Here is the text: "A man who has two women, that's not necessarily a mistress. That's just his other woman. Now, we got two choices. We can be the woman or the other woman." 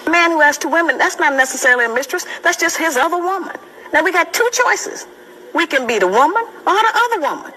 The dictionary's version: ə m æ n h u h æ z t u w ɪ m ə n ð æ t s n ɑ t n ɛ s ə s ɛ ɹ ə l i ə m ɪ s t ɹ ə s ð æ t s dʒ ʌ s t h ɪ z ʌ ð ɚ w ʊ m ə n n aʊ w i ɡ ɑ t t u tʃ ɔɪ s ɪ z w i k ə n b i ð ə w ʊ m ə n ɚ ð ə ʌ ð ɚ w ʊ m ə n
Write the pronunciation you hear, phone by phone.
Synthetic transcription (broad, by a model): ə m æ n h u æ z t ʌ w ɪ m ə n ð æ t s n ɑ t n ɛ s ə s ɛ ɹ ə l i ə m ɪ s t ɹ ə s ð æ t s dʒ ʌ s t h ɪ z ʌ ð ɚ w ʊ m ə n n aʊ w i ɡ ɑ t t u tʃ ɔɪ s ɪ z w i k ə n b i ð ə w ʊ m ə n ɚ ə ʌ ð ɚ w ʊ m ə n